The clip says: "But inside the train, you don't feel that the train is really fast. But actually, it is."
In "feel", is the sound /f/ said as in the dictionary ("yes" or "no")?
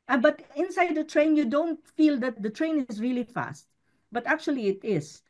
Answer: yes